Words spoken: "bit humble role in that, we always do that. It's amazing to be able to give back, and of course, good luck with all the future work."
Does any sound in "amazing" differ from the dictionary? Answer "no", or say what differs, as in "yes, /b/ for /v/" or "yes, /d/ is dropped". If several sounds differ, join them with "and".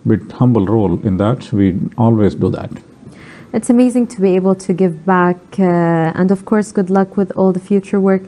no